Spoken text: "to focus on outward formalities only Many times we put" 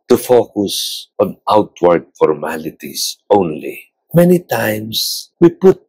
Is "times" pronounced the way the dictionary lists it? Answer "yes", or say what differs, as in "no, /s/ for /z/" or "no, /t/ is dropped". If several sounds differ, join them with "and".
no, /s/ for /z/